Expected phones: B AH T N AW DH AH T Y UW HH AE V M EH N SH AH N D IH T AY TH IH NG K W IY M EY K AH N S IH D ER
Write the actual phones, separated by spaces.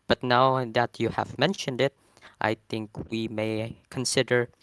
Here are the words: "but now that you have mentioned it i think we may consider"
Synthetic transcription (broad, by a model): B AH T N AW DH AH T Y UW HH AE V M EH N SH AH N D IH T AY TH IH NG K W IY M EY K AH N S IH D ER